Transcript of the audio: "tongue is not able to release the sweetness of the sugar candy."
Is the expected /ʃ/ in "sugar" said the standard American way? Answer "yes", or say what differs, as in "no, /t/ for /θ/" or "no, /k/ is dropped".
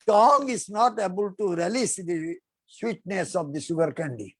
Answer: no, /s/ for /ʃ/